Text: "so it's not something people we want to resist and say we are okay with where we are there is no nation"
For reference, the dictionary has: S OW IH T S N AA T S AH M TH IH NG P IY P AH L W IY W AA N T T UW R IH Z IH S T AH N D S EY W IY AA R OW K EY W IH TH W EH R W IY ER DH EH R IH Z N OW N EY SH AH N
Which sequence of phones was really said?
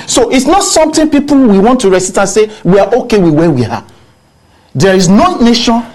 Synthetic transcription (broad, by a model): S OW IH T S N AA T S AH M T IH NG P IY P AH L W IY W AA N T T UW R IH S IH T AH N S EY W IY AA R OW K EY W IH W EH W IY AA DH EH R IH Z N OW N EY SH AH N